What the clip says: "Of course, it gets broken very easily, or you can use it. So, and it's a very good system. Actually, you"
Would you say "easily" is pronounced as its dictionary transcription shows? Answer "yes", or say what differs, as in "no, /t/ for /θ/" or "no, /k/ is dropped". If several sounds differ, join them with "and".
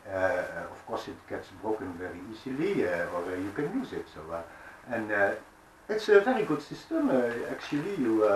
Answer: yes